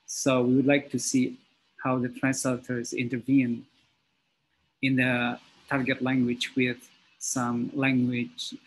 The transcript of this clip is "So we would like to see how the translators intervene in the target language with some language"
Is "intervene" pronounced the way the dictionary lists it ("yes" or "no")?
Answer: yes